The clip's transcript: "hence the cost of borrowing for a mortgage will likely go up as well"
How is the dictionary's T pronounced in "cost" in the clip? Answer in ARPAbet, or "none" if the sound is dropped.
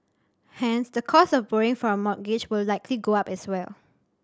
none